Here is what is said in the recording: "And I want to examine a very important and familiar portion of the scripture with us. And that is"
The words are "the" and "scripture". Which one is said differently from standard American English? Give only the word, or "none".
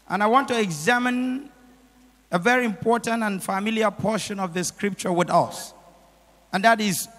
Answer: none